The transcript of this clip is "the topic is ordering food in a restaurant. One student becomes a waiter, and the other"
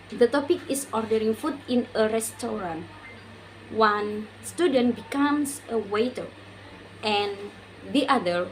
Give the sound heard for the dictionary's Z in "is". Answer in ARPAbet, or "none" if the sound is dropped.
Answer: S